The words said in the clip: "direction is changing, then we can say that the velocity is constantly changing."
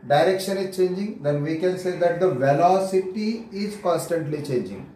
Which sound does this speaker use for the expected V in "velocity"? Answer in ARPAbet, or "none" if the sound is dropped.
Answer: V